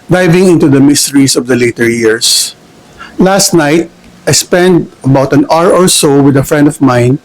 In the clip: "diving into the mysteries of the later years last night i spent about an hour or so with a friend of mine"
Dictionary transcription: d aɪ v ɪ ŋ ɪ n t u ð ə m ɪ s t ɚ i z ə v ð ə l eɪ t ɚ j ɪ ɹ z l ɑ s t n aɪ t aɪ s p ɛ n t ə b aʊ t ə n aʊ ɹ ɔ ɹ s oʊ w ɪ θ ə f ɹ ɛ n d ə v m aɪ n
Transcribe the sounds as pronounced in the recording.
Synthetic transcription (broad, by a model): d aɪ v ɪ ŋ ɪ n t u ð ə m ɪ s t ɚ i s ə v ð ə l eɪ t ɚ j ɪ ɹ s l ɑ s t n aɪ t aɪ s p ɛ n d ə b aʊ t ə n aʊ ɹ ɔ ɹ s oʊ w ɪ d ə f ɹ ɛ n d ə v m aɪ n